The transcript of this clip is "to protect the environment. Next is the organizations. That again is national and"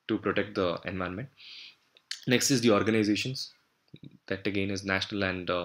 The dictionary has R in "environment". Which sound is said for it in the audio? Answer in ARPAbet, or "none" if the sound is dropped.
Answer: none